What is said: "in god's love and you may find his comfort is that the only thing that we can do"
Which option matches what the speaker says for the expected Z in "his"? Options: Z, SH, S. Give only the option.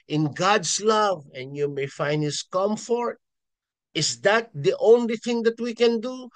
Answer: S